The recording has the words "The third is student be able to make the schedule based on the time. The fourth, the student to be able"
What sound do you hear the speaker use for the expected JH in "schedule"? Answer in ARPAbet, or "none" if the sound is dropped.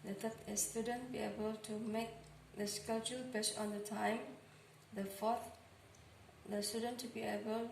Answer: CH